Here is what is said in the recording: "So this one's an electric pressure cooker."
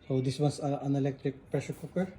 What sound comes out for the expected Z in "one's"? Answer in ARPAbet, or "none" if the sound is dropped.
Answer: S